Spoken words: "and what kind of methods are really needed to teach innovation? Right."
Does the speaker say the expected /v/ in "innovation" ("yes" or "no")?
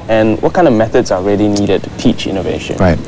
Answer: yes